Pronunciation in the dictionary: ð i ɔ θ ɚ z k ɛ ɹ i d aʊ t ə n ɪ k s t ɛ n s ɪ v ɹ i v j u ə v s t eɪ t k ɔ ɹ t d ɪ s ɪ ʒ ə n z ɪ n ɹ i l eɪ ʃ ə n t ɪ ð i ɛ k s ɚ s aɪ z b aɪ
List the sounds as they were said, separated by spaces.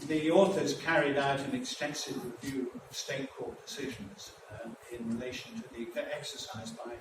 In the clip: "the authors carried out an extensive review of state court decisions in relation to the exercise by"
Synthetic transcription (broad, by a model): ð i ɔ θ ɚ z k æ ɹ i d aʊ t ə n ɪ k s t ɛ n s ɪ v ɹ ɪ v j u ə v s t eɪ t k ɔ ɹ t d ɪ s ɪ ʒ ə n z ɪ n ɹ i l eɪ ʃ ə n t ɪ ð i ɛ k s ɚ s aɪ z b aɪ